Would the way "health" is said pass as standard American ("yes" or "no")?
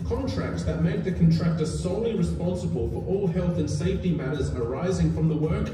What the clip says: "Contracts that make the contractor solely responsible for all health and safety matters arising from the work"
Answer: yes